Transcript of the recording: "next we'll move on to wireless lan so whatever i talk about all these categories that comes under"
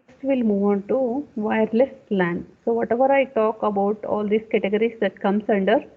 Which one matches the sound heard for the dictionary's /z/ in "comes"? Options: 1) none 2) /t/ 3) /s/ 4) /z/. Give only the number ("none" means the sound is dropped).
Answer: 3